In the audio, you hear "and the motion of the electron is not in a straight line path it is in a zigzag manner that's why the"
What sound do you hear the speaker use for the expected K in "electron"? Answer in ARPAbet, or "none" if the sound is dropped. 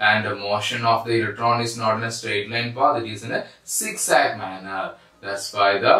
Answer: K